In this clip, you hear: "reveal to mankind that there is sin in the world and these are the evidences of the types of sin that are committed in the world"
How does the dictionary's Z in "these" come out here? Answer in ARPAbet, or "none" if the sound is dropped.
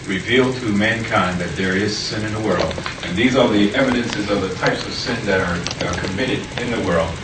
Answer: Z